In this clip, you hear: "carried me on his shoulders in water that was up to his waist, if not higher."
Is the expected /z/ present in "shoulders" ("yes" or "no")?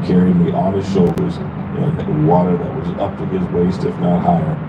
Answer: yes